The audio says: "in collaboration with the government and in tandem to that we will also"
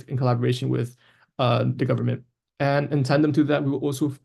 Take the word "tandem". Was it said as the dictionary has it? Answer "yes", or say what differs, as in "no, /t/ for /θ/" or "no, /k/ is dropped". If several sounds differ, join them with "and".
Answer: no, /s/ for /t/